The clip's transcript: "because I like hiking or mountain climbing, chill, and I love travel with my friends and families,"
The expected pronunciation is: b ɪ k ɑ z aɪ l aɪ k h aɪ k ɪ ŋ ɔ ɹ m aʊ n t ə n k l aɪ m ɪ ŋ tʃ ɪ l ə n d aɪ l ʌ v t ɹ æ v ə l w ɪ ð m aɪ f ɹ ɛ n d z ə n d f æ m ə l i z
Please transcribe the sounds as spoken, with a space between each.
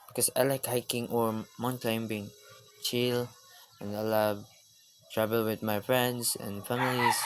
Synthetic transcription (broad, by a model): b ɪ k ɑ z aɪ l aɪ k h aɪ k ɪ ŋ ɔ ɹ m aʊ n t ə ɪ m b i ɪ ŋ tʃ ɪ l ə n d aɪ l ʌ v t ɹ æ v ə l w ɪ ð m aɪ f ɹ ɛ n d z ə n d f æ m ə l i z